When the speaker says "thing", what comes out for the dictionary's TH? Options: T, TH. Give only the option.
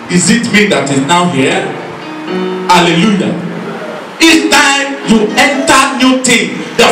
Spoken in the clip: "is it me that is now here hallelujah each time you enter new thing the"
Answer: T